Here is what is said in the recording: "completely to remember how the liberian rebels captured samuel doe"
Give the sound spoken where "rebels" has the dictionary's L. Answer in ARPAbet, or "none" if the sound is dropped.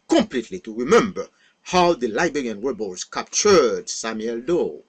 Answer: none